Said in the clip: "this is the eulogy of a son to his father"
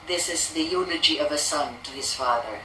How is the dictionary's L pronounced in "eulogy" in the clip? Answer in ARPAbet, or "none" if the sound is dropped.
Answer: N